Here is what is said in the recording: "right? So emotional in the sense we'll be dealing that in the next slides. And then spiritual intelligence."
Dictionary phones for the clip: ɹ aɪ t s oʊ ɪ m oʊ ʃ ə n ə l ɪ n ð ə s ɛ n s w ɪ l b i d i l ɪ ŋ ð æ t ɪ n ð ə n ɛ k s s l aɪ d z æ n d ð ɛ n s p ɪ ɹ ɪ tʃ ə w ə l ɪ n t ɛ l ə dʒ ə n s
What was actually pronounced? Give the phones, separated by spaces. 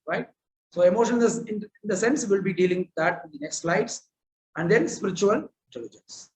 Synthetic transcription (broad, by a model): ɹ aɪ t s oʊ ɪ m oʊ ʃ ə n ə n ɪ n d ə s ɛ n s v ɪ l b i d i l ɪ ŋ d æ t ɪ n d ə n ɛ k s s l aɪ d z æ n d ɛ n s p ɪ ɹ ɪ tʃ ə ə l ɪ n t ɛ l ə dʒ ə n s